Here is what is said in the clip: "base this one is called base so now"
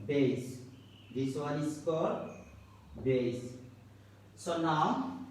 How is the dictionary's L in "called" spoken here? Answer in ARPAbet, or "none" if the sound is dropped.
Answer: none